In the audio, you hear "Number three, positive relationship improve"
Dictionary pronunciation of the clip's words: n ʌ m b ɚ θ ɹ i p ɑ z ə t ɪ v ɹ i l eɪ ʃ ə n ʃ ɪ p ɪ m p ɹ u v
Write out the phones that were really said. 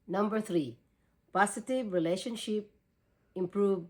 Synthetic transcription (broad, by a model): n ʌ m b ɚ t ɹ i p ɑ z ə t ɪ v ɹ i l eɪ ʃ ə n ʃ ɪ p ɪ m p ɹ u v